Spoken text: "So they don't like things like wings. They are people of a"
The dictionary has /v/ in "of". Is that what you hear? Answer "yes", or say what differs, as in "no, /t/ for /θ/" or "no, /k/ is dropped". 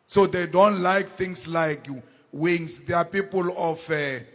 no, /f/ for /v/